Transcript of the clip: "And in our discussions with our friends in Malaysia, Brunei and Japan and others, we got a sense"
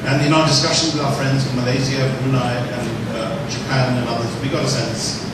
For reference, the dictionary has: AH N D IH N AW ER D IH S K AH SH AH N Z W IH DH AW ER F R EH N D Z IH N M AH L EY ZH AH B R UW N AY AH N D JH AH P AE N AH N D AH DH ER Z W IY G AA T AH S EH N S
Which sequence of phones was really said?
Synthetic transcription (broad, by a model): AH N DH IH N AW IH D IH S K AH SH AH N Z W IH DH AW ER F R EH N D Z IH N M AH L EY Z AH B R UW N AY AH N JH AH P AE N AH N AH DH ER Z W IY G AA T AH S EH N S